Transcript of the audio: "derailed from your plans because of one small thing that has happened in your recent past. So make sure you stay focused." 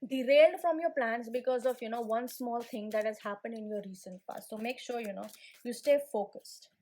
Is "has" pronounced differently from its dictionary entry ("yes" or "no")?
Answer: no